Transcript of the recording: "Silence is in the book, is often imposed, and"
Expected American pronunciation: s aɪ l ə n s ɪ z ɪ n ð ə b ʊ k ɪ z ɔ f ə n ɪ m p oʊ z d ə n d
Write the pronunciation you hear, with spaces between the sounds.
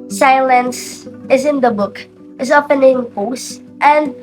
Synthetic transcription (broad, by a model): s aɪ l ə n s ɪ z ɪ n ð ə b ʊ k ɪ z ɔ p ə n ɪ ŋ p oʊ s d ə n